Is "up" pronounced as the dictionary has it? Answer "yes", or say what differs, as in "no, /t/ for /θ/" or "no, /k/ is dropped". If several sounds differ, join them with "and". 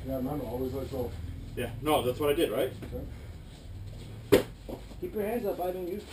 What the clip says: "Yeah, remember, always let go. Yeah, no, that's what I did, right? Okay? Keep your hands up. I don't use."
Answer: no, /b/ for /p/